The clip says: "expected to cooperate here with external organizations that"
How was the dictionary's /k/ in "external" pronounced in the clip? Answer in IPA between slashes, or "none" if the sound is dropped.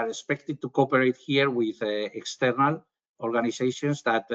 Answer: /k/